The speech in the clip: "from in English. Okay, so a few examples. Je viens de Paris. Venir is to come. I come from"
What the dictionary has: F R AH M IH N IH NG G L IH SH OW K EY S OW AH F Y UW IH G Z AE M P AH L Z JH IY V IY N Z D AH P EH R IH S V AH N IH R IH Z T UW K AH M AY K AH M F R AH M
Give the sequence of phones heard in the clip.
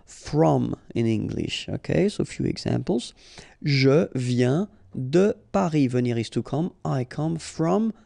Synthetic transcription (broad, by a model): F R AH M IH N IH NG G L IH SH OW K EY S OW F Y UW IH G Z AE P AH L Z ZH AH V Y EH D AH P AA R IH V AH N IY R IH S T UW K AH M AY K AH M F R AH M